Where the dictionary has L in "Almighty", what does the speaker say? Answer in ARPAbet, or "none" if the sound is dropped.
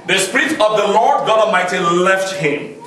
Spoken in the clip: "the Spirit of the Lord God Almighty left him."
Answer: none